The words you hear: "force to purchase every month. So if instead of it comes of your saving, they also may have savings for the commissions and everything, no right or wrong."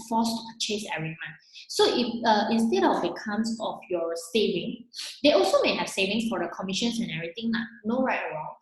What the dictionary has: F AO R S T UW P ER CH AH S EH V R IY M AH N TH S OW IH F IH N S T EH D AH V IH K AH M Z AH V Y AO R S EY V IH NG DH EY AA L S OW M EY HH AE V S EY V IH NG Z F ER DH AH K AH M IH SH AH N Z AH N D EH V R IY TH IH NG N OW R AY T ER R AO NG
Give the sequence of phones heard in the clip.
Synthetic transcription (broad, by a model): F AO S T UW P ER CH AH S EH V R IY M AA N S OW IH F IH N S T EH D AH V IH K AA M S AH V Y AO S EY V IH NG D EY AA L S OW M EY HH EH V S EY V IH NG S F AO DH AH K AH M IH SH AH N S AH N EH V R IY T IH NG N OW R AY T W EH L